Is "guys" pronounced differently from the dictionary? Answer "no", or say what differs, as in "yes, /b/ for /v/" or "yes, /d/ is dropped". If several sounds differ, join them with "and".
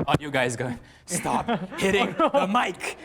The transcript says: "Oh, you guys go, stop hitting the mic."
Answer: no